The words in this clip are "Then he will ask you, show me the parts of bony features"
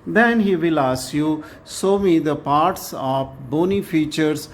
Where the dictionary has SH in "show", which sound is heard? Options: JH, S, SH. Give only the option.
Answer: S